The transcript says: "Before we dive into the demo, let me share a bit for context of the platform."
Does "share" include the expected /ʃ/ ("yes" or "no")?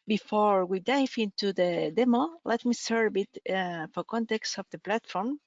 no